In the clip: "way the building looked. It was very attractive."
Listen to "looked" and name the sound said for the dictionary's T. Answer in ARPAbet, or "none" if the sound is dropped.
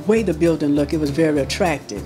none